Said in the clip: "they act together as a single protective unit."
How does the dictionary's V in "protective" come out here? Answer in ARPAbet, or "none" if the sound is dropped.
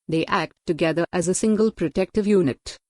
V